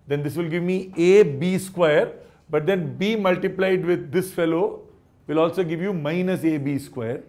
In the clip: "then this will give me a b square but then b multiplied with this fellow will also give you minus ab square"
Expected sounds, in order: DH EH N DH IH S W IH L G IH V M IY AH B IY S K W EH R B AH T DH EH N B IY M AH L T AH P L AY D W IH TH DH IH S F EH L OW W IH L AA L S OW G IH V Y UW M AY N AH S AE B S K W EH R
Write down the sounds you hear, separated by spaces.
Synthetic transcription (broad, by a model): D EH N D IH S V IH L G IH V M IY AH B IY S K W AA R B AH T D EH N B IY M AH L T AH P L AY D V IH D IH S F EH L OW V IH L AA L S OW G IH V Y UW M AY N AH S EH B S K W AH R